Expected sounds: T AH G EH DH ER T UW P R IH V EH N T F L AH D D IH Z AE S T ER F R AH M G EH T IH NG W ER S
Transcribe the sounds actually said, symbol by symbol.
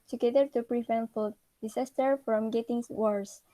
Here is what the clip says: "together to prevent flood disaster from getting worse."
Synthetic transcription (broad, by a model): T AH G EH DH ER T UW P R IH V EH N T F AH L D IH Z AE S T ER F R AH M G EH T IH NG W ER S